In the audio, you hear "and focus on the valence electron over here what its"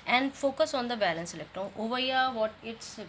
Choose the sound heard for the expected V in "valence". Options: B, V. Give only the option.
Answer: B